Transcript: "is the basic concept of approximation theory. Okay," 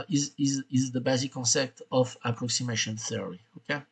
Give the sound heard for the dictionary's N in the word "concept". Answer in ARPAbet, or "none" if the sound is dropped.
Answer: N